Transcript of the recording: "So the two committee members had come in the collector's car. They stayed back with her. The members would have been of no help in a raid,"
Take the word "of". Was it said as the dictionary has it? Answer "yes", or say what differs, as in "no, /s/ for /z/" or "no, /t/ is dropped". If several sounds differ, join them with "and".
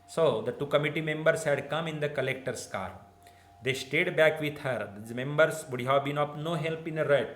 no, /p/ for /v/